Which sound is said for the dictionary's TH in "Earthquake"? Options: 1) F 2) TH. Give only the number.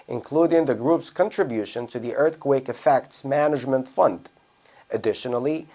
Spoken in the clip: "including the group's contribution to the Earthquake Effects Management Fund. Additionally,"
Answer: 2